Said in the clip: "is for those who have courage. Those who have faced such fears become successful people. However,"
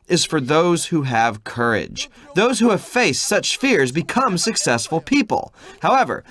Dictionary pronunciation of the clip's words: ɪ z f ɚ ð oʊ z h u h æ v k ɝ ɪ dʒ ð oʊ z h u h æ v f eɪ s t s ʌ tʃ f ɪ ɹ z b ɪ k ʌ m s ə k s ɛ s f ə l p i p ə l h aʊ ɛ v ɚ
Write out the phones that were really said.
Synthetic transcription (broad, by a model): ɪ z f ɚ ð oʊ z h u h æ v k ɝ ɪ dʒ ð oʊ z h u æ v f eɪ s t s ʌ tʃ f ɪ ɹ z b ɪ k ʌ m s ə k s ɛ s f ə l p i p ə l h aʊ ɛ v ɚ